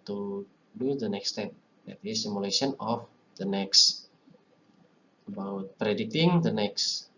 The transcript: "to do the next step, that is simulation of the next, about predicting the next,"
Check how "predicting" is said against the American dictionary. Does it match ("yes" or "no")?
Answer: no